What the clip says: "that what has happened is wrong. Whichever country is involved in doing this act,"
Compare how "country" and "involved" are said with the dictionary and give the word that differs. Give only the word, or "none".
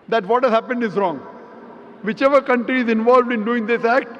none